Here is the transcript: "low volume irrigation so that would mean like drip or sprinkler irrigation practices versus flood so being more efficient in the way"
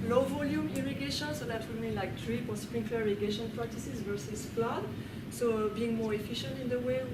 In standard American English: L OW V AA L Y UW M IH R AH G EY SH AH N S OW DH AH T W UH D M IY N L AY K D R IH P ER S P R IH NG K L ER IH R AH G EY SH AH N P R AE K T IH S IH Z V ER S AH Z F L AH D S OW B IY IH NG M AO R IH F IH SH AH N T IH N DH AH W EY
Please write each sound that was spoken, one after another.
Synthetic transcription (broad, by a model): L OW V AA L Y UW M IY R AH G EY SH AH N S OW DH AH T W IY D M IY N L AY K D R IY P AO S P R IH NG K ER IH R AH G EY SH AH N P R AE K T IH S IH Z V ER S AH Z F L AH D S OW B IY IH NG M AO R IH F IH SH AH N T IH N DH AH W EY